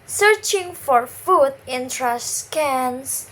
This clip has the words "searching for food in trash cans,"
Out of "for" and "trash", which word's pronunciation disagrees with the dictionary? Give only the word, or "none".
trash